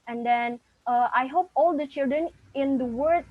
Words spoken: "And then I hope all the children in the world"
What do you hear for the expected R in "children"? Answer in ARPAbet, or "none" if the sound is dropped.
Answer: R